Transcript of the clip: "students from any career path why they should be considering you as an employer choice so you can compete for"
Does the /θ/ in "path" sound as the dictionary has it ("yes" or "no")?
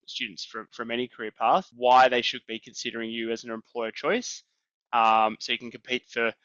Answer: yes